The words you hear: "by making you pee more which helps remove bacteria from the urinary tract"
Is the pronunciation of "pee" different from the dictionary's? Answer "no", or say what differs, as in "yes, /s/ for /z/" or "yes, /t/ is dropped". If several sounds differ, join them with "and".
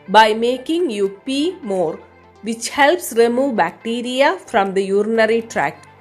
no